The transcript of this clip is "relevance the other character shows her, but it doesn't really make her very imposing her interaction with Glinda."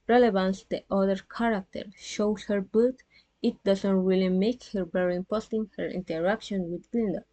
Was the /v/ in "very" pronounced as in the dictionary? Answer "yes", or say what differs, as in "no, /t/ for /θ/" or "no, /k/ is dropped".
no, /b/ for /v/